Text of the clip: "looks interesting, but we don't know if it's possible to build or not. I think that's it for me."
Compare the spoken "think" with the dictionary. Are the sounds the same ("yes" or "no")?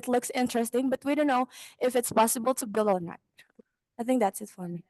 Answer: yes